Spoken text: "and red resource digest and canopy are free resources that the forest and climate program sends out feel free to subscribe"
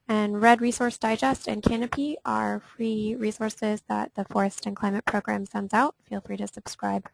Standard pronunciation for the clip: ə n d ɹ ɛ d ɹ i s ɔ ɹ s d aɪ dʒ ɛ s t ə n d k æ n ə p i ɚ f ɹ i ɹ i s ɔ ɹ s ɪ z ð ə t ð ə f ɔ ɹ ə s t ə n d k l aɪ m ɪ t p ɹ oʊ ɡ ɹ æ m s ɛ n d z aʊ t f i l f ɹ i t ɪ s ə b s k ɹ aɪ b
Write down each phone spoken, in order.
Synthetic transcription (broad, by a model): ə n ɹ ɛ d ɹ i s ɔ ɹ s d aɪ dʒ ɛ s t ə n k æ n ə p i ɚ f ɹ i ɹ i s ɔ ɹ s ɪ z ð ə t ð ə f ɔ ɹ ə s t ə n k l aɪ m ɪ t p ɹ oʊ ɡ ɹ æ m s ɛ n d z aʊ t f i l f ɹ i t ɪ s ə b s k ɹ aɪ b